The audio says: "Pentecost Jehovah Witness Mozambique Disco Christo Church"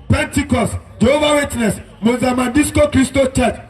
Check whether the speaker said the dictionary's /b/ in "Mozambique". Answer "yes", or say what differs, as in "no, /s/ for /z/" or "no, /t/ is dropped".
no, /b/ is dropped